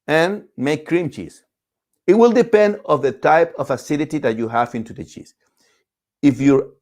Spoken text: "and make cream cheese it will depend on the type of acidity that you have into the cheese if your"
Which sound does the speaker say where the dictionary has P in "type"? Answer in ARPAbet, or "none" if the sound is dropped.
P